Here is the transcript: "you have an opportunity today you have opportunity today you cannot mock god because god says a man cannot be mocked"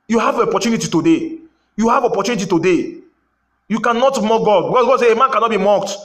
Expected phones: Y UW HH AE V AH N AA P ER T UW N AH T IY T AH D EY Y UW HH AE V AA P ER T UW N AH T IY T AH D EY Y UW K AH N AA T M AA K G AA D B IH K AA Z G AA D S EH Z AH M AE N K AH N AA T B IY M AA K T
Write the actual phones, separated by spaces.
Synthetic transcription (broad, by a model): Y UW HH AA V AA P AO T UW N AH T IY T AH D EY Y UW HH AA V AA P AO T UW N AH T IY T AH D EY Y UW K AH N AA T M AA G AA D B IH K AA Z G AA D S EH AH M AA N K AH N AA T B IY M AA K T